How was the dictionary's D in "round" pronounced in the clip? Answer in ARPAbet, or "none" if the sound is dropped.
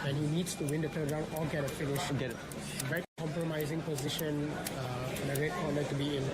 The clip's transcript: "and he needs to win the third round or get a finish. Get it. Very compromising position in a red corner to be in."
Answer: none